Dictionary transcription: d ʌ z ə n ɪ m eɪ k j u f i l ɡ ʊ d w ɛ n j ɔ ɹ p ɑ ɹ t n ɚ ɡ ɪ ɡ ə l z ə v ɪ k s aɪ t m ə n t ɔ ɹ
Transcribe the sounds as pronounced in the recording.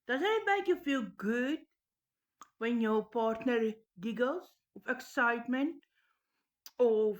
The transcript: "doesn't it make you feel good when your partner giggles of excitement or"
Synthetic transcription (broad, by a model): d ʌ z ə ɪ m eɪ k j u f i l ɡ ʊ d w ɛ n j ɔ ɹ p ɑ ɹ t n ɚ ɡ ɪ ɡ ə l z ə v ɪ k s aɪ t m ə n t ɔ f